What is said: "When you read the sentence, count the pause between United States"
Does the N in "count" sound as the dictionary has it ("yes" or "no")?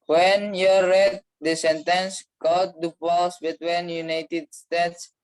no